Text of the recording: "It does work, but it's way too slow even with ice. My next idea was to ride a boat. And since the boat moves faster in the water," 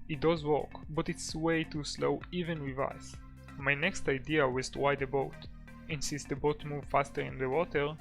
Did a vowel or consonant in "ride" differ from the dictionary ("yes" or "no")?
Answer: yes